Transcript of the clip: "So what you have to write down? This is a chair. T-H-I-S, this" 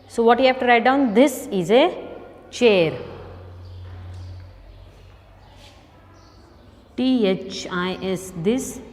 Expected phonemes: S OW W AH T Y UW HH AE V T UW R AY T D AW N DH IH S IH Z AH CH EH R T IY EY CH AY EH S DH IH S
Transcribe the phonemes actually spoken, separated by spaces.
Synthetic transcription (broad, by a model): S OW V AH T Y UW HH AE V T UW R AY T D AW N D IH S IH Z AH CH EH R T IY EY CH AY EH S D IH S